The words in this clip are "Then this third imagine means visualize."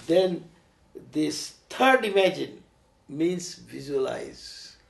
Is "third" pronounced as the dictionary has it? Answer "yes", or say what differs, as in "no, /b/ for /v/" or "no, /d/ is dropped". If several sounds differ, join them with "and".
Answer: no, /t/ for /θ/